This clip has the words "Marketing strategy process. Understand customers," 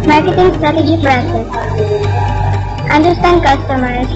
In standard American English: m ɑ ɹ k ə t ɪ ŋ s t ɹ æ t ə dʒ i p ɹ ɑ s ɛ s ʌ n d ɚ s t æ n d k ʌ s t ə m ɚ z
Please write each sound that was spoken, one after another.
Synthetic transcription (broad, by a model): m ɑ ɹ k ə t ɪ ŋ s t ɹ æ t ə dʒ i f ɹ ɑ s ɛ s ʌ n d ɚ s t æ n d k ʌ s t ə m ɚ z